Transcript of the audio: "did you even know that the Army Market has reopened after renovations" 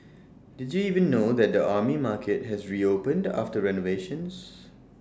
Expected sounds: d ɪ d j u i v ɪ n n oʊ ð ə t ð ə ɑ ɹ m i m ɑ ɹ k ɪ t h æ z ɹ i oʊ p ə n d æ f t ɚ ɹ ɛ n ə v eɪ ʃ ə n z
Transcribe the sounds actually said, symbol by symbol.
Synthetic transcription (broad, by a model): d ɪ d j u i v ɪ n n oʊ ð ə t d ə ɑ m i m ɑ k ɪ t h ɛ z ɹ i oʊ p ə n d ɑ f t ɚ ɹ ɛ n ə v eɪ ʃ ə n s